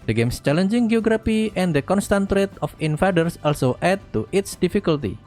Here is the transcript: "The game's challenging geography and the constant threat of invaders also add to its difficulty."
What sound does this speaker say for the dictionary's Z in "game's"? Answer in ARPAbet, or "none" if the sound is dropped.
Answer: S